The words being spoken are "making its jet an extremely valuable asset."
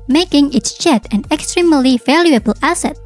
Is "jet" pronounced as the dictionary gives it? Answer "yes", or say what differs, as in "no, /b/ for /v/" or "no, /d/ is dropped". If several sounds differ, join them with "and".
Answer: no, /tʃ/ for /dʒ/